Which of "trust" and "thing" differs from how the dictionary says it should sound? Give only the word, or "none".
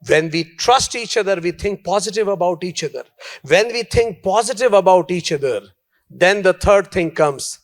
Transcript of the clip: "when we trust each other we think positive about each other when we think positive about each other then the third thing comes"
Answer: thing